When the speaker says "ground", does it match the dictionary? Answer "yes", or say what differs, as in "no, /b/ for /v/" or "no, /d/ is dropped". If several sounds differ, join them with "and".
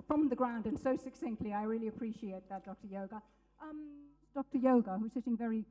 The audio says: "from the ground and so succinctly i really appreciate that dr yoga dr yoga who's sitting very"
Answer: yes